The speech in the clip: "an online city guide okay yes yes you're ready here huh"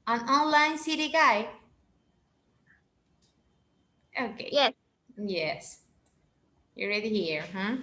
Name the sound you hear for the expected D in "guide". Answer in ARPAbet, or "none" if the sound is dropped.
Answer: none